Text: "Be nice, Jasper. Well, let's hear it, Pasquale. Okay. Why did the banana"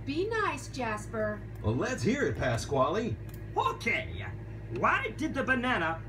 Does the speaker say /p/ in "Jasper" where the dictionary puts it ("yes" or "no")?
yes